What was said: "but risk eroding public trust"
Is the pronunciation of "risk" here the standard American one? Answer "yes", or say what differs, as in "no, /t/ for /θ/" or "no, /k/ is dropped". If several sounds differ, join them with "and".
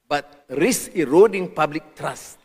no, /k/ is dropped